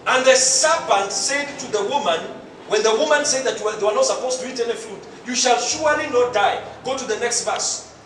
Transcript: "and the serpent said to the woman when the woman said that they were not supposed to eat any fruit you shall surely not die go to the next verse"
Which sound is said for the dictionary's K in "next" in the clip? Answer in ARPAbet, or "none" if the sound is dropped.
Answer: K